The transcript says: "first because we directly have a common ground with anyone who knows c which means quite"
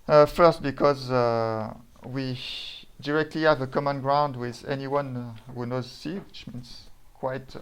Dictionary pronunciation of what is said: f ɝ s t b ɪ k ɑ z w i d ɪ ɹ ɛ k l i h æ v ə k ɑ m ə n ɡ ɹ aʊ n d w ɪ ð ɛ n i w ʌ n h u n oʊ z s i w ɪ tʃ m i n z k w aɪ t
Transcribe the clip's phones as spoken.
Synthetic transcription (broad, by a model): f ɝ s t b ɪ k ɑ z w i d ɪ ɹ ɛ k l i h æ v ə k ɑ m ə n ɡ ɹ aʊ n d w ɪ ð ɛ n i w ʌ n h u n oʊ z s i w ɪ tʃ m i n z k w aɪ t